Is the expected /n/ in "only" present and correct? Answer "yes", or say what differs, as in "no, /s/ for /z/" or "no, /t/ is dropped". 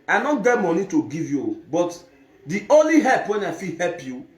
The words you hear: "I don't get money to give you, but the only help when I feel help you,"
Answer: yes